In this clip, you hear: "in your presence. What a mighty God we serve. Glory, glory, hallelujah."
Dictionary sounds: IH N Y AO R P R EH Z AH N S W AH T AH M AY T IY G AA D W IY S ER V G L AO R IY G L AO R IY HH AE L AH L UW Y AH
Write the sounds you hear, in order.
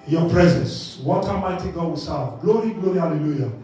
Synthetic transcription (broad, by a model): Y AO P R EH Z AH N S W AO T AH M AY T IY G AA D W IY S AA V G L AO R IY G L AO R IY HH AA L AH L UW Y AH